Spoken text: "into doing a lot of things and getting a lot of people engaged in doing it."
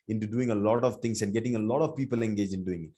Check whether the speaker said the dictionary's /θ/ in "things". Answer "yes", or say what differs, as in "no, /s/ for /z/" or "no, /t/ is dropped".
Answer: no, /t/ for /θ/